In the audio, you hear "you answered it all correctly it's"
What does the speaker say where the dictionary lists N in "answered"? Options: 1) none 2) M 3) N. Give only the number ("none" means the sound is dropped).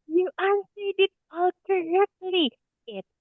1